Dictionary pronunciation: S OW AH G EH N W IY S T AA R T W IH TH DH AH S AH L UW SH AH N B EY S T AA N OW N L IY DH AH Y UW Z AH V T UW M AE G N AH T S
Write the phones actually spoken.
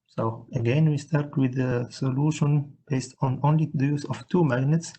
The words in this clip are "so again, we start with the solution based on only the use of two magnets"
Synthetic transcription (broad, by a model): S OW AH G EH N W IY S T AA R T W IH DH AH S AH L UW SH AH N B EY S T AA N OW N L IY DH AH Y UW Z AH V T UW M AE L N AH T S